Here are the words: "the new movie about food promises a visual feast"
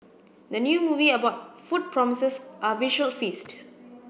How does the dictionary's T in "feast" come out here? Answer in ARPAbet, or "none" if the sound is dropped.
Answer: T